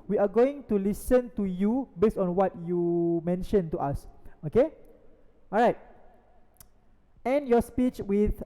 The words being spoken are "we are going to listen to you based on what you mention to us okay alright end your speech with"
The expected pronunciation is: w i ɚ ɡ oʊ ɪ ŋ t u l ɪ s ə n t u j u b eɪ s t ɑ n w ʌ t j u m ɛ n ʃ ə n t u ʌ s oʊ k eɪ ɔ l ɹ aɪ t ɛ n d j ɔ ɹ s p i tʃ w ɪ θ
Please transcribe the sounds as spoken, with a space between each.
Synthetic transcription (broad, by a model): w i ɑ ɡ oʊ ɪ ŋ t u l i s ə n t u j u b eɪ s ɑ n w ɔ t j u m ɛ n ʃ ə n t u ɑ s oʊ k eɪ ɔ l ɹ aɪ t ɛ n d j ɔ s p i tʃ w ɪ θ